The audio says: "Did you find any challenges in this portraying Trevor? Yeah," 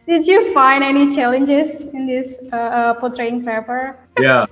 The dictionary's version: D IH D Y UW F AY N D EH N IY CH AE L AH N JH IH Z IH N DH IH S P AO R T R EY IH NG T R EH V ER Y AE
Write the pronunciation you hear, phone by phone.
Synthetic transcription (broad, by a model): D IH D Y UW F AY N D EH N IY CH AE L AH N JH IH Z IH N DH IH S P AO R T R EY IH NG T R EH P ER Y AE